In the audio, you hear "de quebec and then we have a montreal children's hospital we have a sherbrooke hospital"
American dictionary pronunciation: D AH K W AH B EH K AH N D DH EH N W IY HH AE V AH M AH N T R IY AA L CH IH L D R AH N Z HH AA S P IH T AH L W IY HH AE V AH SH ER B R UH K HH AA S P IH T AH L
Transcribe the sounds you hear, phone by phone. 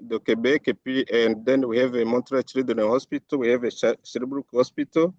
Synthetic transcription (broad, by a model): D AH K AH B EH K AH N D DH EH N W IY HH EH V AH M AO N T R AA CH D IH D AH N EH HH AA S P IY T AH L W IY HH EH V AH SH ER B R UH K HH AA S P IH T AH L